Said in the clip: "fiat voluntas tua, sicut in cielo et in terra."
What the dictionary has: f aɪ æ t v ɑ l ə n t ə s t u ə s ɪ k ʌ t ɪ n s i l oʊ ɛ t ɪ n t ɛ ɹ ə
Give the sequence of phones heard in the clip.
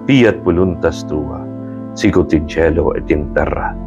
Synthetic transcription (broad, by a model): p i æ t b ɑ l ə n t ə s t u ə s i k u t ɪ n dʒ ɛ l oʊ ɛ t ɪ n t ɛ ɹ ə